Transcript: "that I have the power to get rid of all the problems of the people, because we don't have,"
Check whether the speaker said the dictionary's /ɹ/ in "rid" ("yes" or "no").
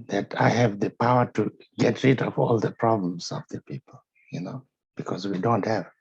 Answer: yes